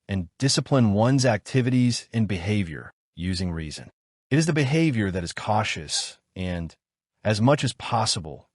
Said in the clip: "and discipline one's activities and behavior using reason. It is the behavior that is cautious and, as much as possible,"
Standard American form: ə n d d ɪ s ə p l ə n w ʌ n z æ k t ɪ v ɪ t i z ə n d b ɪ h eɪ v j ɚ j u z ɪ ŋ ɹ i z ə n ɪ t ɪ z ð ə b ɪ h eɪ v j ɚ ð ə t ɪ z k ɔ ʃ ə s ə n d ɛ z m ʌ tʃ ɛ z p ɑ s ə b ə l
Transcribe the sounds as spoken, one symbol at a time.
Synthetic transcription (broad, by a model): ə n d d ɪ s ə p l ə n w ʌ n z æ k t ɪ v ɪ t i z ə n b ɪ h eɪ v j ɚ j u z ɪ ŋ ɹ i z ə n ɪ t ɪ z ð ə b ɪ h eɪ v j ɚ ð ə t ɪ z k ɔ ʃ ə s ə n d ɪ z m ʌ tʃ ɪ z p ɑ s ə b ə l